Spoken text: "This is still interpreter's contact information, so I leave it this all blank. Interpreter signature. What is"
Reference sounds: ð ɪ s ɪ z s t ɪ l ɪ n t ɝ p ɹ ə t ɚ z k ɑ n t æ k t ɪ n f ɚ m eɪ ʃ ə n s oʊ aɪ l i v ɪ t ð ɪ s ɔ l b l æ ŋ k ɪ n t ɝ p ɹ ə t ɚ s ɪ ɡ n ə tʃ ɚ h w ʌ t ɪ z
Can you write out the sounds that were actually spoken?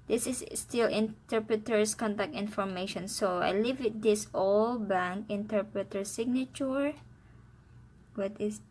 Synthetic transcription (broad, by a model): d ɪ s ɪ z s t ɪ l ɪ n t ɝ p ɹ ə t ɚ s k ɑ n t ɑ k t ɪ n f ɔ m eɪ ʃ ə n s oʊ aɪ l i v ɪ t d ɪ s ɔ l b æ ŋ k ɪ n t ɝ p ɹ ə t ɚ s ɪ ɡ n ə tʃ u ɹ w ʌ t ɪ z